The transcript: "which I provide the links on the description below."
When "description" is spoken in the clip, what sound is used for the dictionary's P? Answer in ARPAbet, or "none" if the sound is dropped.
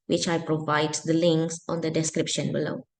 P